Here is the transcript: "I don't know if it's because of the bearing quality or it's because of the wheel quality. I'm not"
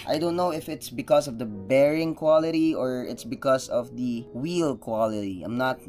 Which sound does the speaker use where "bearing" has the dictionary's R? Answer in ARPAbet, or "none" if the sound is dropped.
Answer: R